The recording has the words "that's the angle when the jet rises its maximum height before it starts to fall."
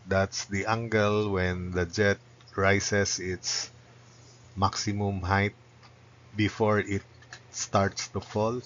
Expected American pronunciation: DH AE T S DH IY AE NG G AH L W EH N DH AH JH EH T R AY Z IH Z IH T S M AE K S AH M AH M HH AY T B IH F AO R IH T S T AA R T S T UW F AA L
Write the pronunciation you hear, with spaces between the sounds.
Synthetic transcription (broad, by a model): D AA T S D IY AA NG G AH L W EH N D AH JH EH T R AY S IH S IH T S M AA K S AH M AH M HH AY T B IH F AO R IH T S T AA R T S T UW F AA L